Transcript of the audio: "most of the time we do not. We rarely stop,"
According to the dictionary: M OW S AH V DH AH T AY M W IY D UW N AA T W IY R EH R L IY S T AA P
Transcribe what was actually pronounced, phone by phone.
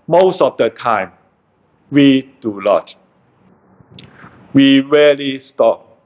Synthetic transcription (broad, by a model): M OW S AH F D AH T AY M W IY D UW L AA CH W IY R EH L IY S T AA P